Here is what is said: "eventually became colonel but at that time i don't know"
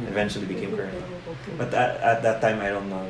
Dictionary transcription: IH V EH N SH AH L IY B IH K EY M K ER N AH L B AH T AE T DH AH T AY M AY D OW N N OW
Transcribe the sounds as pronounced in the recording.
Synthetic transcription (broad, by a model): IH V EH N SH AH L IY B IH K EY M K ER AH N B AH T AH T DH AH T AY M AY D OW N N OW